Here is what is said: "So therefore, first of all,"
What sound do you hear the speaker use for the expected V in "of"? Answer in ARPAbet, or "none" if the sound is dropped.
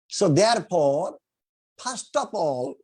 P